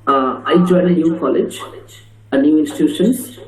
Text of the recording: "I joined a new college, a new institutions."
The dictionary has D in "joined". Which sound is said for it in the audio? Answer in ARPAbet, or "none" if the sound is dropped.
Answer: none